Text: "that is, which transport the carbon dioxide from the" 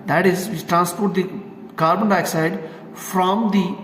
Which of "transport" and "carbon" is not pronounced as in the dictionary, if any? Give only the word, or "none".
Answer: none